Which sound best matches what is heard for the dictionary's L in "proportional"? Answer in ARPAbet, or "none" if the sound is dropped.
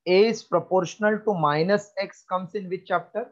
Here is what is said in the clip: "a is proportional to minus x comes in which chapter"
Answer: L